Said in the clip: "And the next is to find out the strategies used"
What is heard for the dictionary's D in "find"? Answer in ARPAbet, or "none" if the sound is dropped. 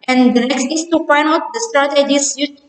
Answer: none